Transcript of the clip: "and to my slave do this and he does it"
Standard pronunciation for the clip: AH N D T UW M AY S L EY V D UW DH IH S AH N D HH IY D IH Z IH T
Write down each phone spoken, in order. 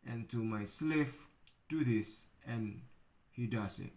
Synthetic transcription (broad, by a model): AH N T UW M AY S L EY F D UW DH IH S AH N HH IY D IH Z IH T